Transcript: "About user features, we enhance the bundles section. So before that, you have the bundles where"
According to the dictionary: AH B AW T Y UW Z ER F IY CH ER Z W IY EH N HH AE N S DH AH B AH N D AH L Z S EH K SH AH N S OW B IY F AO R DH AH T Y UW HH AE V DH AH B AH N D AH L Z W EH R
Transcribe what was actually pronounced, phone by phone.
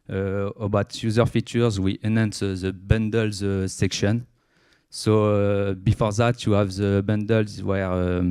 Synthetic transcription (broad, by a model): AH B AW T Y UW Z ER F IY CH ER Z W IY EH N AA N S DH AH B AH N D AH L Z S EH K SH AH N S OW B IY F AO R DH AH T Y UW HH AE V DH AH B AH N D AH L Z W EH R